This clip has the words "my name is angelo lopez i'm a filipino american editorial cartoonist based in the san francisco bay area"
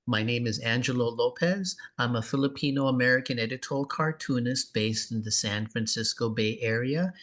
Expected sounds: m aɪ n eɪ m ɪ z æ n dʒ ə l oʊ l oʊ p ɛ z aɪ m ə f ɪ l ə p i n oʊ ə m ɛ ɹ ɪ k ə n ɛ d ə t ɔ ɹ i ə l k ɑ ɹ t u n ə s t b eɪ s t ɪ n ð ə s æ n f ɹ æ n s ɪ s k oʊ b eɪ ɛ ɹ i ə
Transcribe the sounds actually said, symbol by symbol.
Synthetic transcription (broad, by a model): m aɪ n eɪ m ɪ z æ n dʒ ə l oʊ l oʊ p ɛ z aɪ m ə f ɪ l ə p i n oʊ ə m ɛ ɹ ɪ k ə n ɛ d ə t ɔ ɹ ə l k ɑ ɹ t u n ə s t b eɪ s t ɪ n ð ə s æ n f ɹ æ n s ɪ s k oʊ b eɪ ɛ ɹ i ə